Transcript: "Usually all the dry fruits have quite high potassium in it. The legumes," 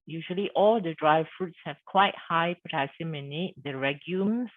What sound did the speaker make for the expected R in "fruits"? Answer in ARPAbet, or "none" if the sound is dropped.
R